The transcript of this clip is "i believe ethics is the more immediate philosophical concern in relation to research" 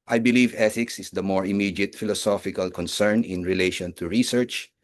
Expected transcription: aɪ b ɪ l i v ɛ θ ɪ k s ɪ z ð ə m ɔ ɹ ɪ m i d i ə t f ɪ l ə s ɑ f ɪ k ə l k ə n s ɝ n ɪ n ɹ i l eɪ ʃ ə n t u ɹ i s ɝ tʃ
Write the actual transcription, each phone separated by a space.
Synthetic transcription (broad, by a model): aɪ b ɪ l i v ɛ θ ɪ k s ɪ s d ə m ɔ ɹ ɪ m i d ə t f ɪ l ə s ɑ f ɪ k ə l k ə n s ɝ n ɪ n ɹ i l eɪ ʃ ə n t u ɹ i s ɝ tʃ